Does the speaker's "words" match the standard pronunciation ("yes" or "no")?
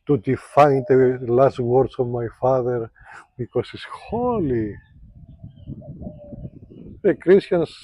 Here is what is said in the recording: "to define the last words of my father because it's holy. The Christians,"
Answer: no